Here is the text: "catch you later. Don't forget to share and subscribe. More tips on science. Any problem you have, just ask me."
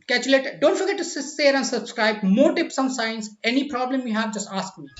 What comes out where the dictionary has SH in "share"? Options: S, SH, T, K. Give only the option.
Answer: S